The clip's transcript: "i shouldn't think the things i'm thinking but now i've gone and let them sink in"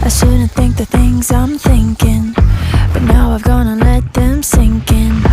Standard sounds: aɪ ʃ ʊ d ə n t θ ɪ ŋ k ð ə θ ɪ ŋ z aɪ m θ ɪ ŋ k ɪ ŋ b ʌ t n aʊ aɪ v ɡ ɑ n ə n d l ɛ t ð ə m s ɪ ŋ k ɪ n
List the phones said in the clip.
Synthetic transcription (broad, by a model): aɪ s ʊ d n θ ɪ ŋ k ð ə θ ɪ ŋ z aɪ m θ ɪ ŋ k ɪ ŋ b ʌ t n aʊ aɪ v ɡ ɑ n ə l ɛ t ð ə m s ɪ ŋ k ɪ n